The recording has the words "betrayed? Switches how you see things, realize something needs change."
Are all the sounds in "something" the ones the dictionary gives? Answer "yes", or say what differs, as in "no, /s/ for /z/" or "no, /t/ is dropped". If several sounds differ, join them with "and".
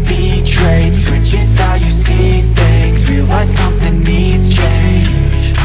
yes